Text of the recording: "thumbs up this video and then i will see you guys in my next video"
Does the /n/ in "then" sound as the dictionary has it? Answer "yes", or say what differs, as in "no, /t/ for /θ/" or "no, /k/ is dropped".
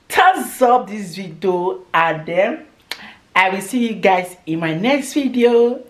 no, /n/ is dropped